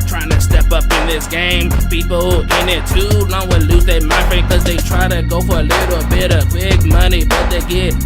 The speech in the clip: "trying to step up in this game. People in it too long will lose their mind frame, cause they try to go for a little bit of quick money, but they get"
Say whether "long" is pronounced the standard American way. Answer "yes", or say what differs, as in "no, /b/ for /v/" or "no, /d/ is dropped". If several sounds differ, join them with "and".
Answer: no, /n/ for /l/